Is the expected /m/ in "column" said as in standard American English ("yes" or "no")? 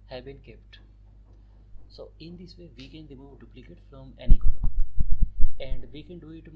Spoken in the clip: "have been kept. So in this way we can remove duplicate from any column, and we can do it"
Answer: no